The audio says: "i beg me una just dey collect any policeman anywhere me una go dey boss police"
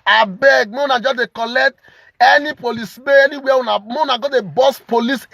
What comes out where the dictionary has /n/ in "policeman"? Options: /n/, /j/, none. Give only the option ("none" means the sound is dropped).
none